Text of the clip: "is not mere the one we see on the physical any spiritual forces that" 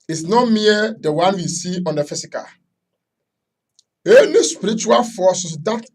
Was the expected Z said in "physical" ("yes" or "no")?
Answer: no